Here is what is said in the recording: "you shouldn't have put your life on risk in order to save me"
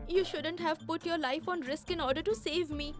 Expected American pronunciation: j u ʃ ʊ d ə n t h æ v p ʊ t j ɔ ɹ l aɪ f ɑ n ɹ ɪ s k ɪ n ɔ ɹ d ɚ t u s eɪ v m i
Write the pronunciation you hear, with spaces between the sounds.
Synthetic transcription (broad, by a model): j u ʃ ʊ d ə n t h æ v p ʊ t j ɔ ɹ l aɪ f ɑ n ɹ ɪ s k ɪ n ɔ ɹ d ɚ t u s eɪ v m i